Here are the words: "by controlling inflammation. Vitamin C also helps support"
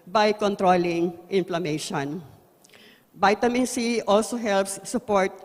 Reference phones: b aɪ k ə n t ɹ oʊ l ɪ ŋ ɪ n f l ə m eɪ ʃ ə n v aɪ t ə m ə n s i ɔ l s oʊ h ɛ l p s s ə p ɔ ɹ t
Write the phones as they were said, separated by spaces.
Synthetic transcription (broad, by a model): b aɪ k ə n t ɹ oʊ l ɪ ŋ ɪ n f l ə m eɪ ʃ ə n b aɪ t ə m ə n s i ɔ l s oʊ h ɛ l p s s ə p ɔ ɹ t